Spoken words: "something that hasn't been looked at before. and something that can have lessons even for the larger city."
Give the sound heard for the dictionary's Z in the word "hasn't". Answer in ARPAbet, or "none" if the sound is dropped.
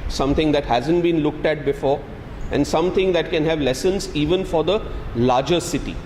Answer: Z